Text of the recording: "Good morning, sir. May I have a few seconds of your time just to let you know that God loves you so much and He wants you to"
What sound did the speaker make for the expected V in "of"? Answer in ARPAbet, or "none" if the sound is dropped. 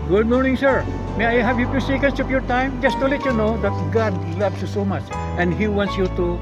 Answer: P